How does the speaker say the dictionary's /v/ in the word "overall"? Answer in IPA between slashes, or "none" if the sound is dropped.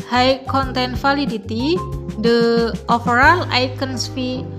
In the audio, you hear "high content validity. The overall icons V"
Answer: /f/